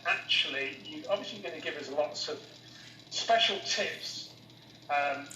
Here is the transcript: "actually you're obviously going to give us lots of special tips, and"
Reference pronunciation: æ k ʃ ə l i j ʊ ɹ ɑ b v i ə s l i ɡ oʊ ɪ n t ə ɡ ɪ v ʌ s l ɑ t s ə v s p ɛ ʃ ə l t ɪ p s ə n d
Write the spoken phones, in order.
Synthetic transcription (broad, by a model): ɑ k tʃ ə l i j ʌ ɑ b v i ə s l i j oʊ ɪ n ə ɡ ɪ v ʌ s l ɑ t s ə v s p ɛ ʃ ə l t ɪ p s ə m